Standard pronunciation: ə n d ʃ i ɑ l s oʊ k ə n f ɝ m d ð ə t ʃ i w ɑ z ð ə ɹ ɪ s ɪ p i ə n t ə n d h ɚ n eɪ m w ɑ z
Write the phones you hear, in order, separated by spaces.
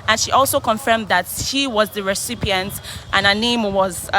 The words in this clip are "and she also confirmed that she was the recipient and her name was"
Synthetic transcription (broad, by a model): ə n ʃ i ɑ l s oʊ k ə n f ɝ m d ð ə t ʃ i w ɑ z ð ə ɹ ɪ s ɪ p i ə n t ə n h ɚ n eɪ m w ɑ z